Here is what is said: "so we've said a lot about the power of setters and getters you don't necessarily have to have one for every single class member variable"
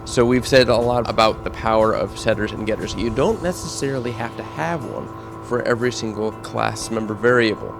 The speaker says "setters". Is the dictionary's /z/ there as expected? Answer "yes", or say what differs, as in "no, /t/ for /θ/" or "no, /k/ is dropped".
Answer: yes